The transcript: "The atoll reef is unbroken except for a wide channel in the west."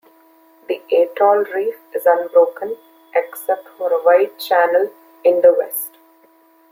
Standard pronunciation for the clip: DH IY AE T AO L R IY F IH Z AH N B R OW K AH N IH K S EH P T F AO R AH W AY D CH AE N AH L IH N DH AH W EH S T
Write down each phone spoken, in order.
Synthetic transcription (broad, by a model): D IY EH T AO L R IY F IH Z AH N B R OW K AH N IH K S EH P T F AO R AH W AY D CH AE N AH L IH N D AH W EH S T